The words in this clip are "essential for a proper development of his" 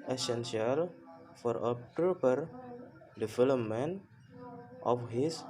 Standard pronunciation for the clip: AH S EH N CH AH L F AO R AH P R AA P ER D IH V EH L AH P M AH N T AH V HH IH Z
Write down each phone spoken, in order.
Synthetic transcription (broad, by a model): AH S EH N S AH L F AO R AH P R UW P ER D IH F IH L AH M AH N T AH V HH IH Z